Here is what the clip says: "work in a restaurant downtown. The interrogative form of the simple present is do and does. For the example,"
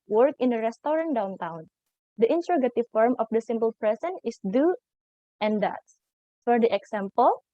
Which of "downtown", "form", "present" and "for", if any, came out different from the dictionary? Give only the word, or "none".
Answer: present